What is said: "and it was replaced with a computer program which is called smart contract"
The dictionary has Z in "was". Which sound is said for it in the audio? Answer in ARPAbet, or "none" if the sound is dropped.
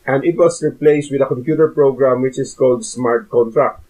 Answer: S